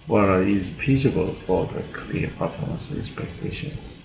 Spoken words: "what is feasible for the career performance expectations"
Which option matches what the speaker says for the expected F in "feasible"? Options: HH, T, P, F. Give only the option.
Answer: P